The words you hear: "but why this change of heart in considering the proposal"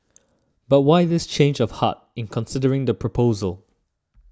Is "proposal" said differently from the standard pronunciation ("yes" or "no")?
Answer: no